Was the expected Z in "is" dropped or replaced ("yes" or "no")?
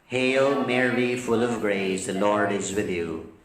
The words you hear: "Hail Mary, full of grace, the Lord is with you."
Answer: no